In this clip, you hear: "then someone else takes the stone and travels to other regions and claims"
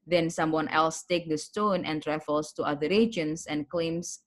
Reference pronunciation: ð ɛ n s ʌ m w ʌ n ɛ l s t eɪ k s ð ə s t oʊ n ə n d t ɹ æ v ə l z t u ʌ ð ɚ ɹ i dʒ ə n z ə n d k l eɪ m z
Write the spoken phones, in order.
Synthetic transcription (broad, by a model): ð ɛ n s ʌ m w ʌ n ɛ l s t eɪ k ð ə s t oʊ n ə n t ɹ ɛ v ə l s t u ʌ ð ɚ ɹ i dʒ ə n s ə n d k l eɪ m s